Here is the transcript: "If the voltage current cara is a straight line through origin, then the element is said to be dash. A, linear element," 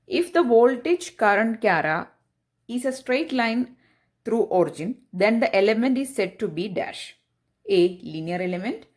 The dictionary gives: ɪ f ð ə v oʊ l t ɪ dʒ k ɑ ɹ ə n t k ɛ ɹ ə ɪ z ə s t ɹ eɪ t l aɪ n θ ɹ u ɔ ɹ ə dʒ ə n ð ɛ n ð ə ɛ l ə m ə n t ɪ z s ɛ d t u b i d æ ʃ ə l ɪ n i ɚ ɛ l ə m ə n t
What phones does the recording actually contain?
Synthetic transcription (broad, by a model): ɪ f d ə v oʊ l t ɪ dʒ k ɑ ɹ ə n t k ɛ ɹ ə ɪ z ə s t ɹ eɪ t l aɪ n t ɹ u ɔ ɹ ə dʒ ə n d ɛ n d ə ɛ l ə m ə n t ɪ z s ɛ d t u b i d æ ʃ ə l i n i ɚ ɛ l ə m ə n t